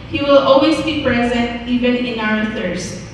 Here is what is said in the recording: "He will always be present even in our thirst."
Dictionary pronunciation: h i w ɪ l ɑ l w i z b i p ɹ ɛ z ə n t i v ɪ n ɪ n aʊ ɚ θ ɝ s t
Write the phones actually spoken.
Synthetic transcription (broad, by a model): h i w ɪ l ɑ l w i z b i p ɹ ɛ z ə n t i v ɪ n ɪ n aʊ ɚ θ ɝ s